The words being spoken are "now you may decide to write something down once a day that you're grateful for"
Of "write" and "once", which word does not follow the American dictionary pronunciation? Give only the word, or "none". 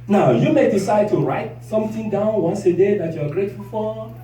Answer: none